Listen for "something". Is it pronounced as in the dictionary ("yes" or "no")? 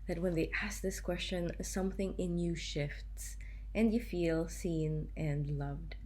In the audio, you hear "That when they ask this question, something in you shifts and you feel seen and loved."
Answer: yes